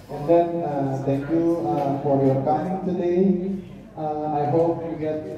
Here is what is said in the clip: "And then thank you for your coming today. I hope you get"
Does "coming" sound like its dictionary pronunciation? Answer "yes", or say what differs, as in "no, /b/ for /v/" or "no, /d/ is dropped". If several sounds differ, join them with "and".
no, /m/ is dropped